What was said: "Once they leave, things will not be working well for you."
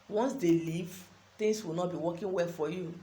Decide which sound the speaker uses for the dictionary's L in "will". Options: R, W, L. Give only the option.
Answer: L